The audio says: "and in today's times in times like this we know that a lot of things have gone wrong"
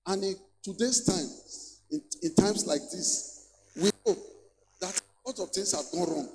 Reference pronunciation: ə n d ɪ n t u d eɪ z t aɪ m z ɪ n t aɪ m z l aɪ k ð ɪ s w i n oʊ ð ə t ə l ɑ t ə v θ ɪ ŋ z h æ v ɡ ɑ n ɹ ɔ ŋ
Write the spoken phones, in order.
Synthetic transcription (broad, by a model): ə n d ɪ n t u d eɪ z t aɪ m ɪ n t aɪ m s l aɪ k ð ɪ s w i n oʊ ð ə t l ɑ t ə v t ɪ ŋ s h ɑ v ɡ ɑ n ɹ ɔ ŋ